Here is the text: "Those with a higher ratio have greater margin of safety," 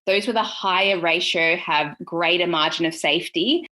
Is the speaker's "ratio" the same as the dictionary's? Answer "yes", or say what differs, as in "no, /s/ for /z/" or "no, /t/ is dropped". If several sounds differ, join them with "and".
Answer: yes